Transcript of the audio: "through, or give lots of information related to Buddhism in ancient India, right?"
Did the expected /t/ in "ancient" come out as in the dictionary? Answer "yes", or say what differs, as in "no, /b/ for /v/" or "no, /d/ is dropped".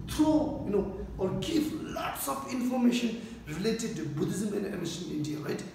no, /t/ is dropped